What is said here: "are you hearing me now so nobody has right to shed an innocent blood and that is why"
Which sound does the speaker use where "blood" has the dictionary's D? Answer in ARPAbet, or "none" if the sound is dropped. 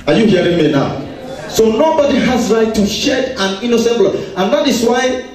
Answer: none